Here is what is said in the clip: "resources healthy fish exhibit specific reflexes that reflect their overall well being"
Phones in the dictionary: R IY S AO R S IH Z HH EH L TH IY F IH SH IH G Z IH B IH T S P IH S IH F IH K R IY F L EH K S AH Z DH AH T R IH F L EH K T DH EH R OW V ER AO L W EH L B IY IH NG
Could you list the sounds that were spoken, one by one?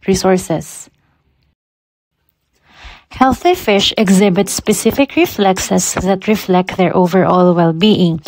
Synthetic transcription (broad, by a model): R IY S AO R S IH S HH EH L TH IY F IH SH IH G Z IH B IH T S P IH S IH F IH K R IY F L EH K S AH S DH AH T R IH F L EH K T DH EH R OW V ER AO L W EH L B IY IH NG